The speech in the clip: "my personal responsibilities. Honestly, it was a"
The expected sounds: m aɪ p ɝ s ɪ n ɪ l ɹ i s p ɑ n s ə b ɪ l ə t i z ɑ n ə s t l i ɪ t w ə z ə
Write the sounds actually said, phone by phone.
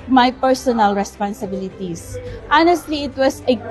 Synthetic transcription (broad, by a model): m aɪ p ɝ s ɪ n ɪ l ɹ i s p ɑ n s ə b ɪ l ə t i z ɑ n ə s t l i ɪ t w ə s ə